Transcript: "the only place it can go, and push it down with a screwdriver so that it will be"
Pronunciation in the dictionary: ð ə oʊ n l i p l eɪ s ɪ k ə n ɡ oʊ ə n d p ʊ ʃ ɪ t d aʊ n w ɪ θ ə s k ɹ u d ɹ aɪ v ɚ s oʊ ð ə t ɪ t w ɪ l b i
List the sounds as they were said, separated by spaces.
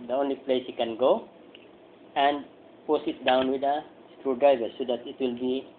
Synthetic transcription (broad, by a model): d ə oʊ n l i p l eɪ s ɪ k ə n ɡ oʊ ə n d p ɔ s ɪ t d aʊ n w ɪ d ə s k ɹ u d ɹ aɪ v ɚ s oʊ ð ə t ɪ t w ɪ l b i